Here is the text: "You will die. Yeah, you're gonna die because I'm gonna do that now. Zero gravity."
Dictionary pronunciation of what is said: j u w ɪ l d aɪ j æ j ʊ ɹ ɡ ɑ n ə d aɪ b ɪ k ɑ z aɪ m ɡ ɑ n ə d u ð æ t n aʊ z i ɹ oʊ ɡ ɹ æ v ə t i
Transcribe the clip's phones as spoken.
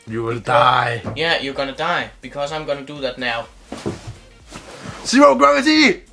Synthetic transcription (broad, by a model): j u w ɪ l d aɪ j æ j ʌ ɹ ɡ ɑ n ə d aɪ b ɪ k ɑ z aɪ m ɡ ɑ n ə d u ð æ t n aʊ s i w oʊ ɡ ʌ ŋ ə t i